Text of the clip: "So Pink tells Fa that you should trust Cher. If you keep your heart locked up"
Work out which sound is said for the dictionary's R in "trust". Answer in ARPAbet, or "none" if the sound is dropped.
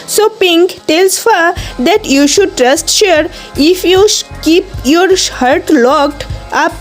R